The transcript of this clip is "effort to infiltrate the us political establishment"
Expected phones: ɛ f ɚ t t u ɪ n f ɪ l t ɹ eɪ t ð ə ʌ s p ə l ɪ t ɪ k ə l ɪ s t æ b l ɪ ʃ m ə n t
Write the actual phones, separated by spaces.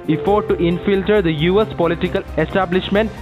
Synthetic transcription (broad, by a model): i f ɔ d t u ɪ n f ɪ l t ʌ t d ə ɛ s p ə l ɪ t ɪ k ə l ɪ s t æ b l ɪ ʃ m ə n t